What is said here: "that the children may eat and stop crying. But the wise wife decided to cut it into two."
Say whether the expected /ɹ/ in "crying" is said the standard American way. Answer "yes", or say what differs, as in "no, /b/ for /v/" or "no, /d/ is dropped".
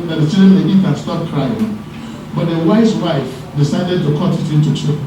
yes